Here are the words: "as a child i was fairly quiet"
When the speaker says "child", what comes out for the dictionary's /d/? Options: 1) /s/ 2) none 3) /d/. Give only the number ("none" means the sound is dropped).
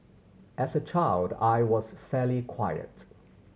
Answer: 3